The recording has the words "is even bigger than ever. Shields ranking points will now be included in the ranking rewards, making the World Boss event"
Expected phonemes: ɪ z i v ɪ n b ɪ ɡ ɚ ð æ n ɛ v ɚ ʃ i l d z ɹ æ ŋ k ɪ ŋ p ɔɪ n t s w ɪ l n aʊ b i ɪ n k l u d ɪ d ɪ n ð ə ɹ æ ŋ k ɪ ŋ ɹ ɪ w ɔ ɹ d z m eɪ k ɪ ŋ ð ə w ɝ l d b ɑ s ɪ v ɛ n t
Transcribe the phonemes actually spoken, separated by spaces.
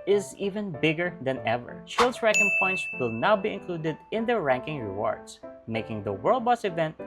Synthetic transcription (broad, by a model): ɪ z i v ɪ n b ɪ ɡ ɚ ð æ n ɛ v ɚ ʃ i l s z ɹ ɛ k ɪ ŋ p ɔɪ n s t w ɪ l n aʊ b i ɪ n k l u d ɪ d ɪ n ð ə ɹ æ ŋ k ɪ ŋ ɹ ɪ w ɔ ɹ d s m eɪ k ɪ ŋ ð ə w ɝ l d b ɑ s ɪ v ɛ n t